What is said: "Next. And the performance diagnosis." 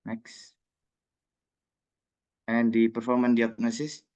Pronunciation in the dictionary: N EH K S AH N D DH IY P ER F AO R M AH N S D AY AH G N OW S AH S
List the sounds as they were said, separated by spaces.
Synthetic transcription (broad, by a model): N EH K S AH N D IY P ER F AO R M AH N D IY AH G N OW S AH S